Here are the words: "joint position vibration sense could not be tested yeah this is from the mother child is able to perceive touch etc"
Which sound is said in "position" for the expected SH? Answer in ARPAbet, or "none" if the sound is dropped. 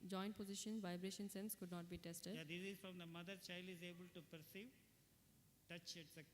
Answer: SH